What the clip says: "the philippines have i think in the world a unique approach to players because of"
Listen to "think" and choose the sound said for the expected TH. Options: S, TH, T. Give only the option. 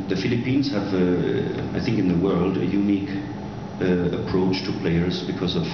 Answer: TH